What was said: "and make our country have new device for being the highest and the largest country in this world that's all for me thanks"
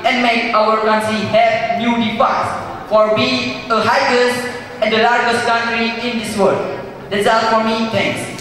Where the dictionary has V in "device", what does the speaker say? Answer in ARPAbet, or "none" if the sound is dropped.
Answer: F